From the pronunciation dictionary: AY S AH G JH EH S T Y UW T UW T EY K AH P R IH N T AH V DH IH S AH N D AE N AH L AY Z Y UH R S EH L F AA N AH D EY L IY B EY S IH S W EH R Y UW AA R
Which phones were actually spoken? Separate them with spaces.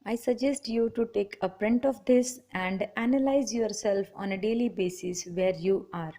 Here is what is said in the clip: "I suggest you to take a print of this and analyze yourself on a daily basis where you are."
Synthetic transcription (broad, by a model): AY S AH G JH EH S T Y UW T UW T EY K AH P R IH N T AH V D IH S AH N D AE N AH L AY Z Y UH R S EH L F AA N AH D EY L IY B EY S IH S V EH R Y UW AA R